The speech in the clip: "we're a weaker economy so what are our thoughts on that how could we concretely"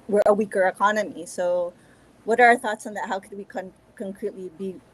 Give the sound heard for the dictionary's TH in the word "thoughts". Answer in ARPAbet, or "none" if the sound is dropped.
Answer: TH